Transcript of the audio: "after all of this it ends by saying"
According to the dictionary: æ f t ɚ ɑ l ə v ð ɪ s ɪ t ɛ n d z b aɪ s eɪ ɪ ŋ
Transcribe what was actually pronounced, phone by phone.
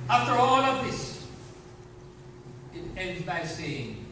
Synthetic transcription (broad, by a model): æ f t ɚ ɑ n ə v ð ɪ s ɪ t ɛ n d z b aɪ s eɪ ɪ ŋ